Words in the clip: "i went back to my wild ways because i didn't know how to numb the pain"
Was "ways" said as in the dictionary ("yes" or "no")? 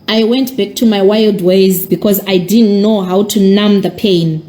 yes